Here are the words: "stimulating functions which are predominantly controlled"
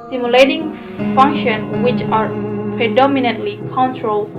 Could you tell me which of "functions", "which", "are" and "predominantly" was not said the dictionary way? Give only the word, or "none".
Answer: functions